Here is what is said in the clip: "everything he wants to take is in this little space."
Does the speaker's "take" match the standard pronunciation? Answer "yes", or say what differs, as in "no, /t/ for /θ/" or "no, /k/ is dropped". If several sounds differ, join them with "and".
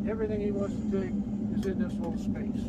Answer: no, /k/ is dropped